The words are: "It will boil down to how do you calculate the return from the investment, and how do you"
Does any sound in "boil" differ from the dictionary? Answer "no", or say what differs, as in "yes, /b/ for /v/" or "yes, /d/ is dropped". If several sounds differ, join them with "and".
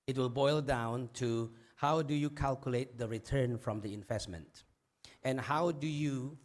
no